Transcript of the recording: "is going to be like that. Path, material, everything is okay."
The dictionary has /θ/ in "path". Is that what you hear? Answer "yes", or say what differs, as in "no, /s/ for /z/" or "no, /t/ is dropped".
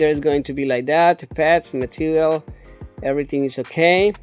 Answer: no, /t/ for /θ/